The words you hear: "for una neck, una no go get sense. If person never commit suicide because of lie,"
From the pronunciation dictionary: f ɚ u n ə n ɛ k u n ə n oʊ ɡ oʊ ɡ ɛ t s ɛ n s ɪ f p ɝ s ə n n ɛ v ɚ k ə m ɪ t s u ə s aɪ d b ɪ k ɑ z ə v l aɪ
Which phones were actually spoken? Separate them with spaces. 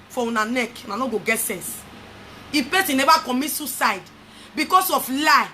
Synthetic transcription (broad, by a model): f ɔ u n ə n ɛ k u n ə n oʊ ɡ oʊ ɡ ɛ t s ɛ n s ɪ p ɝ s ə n n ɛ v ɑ k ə m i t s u s aɪ d b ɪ k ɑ s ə f l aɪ